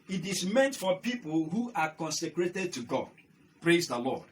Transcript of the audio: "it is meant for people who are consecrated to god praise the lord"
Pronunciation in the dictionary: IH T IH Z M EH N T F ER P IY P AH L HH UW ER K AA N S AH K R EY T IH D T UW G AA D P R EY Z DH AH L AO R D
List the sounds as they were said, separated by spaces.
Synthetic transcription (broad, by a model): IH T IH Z M EH N T F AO P IY P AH L HH UW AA K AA N S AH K R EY T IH D T UW G AA D P R EY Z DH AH L AO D